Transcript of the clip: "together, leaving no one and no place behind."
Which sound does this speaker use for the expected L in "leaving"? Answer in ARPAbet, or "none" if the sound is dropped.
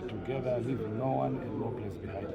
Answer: W